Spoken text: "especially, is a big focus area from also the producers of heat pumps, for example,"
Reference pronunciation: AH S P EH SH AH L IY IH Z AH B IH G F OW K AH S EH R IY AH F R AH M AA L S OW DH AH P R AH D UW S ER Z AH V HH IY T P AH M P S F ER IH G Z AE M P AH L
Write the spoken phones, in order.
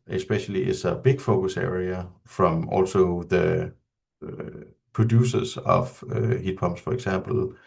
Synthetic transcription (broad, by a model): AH S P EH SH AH L IY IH S AH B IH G F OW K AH S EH R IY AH F R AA M AA L S OW DH AH P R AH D UW S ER S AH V HH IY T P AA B S F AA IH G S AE M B L